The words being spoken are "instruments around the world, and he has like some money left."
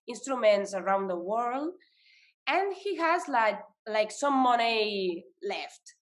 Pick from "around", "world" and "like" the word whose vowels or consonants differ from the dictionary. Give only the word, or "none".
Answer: none